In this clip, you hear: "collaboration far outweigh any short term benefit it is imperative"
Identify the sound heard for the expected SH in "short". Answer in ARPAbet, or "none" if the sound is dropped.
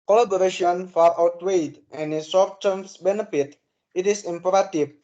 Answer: S